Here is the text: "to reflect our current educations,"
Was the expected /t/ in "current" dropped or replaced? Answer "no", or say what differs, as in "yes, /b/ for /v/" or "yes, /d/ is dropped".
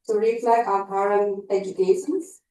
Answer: yes, /t/ is dropped